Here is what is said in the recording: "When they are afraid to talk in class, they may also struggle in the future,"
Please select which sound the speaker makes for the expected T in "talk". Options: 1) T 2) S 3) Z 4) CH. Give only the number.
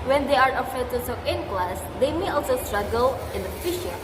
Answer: 2